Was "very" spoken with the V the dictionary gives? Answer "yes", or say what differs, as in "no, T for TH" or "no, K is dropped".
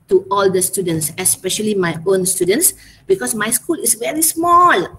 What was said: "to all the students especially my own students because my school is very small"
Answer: yes